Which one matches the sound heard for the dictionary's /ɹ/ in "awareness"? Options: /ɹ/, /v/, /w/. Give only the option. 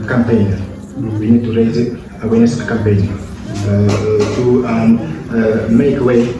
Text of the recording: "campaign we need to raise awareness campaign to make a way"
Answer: /w/